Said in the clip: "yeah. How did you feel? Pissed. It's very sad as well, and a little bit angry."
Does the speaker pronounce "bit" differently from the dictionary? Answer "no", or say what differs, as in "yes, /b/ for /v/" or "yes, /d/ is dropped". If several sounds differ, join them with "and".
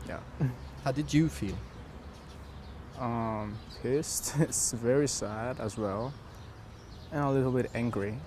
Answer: no